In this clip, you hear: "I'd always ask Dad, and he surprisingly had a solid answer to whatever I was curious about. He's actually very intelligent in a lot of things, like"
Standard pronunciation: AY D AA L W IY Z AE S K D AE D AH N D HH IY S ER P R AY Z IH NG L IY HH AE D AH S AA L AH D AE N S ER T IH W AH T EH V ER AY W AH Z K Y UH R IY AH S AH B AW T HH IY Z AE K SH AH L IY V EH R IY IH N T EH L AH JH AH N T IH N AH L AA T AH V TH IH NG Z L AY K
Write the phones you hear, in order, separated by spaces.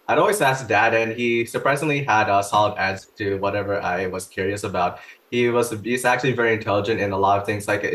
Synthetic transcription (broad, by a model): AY D AA L W IY Z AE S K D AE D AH N IY S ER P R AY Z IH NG L IY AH D AH S AA L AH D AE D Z T IH W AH T EH V ER AY W AH Z K Y UH R IY AH S AH B AW T HH IY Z AE K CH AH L IY V EH R IY IH N T EH L AH JH AH N T IH N AH L AA T AH V TH IH NG Z L AY K